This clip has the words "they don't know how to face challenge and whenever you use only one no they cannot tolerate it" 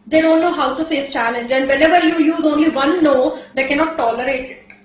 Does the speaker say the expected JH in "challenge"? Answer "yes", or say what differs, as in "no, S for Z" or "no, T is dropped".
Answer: yes